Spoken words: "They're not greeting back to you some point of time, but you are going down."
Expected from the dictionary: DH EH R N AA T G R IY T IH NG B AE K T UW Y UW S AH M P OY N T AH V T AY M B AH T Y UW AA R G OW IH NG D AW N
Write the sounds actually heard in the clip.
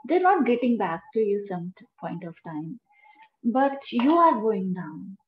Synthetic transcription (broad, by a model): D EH R N AA T G EH T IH NG B AE K T UW Y UW S AH M P OY N T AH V T AY M B AH T Y UW AA R G OW IH NG D AW N